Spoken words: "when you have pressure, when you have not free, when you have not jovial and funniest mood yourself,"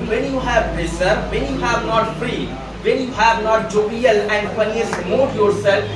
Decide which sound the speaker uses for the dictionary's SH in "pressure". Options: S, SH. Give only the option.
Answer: S